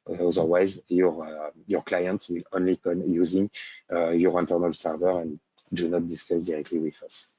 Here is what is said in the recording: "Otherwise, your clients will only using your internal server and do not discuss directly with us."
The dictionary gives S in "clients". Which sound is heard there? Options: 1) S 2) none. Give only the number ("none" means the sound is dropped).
1